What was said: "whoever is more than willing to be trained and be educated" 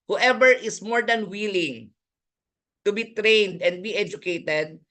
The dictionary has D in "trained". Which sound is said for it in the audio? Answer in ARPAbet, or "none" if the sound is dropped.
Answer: D